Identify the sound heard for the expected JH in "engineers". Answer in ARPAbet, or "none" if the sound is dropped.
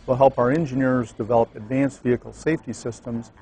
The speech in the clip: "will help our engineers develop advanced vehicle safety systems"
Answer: JH